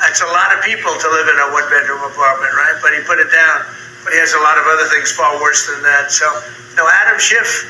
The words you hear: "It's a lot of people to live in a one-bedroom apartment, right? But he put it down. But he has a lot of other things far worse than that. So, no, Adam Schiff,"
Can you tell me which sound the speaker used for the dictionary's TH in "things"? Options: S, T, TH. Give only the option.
TH